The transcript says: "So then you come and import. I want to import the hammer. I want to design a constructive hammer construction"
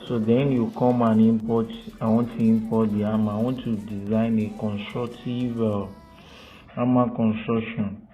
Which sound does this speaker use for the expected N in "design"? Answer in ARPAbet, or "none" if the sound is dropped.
N